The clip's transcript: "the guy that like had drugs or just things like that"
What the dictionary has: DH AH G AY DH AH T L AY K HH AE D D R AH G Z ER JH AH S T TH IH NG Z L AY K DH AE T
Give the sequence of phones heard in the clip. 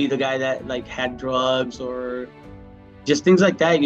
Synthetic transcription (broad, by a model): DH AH G AY DH AH T L AY K HH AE D D R AH G Z ER JH AH S T TH IH NG Z L AY K DH AE T